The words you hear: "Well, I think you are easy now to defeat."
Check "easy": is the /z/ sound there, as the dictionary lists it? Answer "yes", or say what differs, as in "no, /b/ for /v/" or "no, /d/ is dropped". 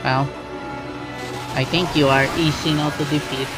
no, /s/ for /z/